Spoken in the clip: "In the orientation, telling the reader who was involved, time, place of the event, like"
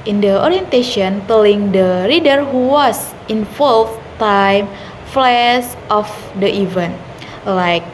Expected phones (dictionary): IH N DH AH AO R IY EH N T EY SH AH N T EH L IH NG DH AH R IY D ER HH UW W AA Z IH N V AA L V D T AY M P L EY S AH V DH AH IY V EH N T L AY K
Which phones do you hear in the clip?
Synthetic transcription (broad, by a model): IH N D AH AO R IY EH N T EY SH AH N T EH L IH NG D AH R IY D ER HH UW W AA S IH N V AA L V T AY M F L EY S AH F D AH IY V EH N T L AY K